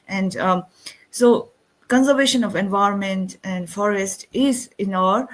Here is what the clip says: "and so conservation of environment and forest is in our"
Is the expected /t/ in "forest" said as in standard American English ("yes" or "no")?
yes